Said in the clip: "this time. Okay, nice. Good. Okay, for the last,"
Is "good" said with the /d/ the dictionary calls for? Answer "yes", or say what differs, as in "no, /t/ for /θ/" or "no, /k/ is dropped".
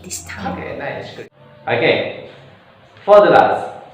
no, /d/ is dropped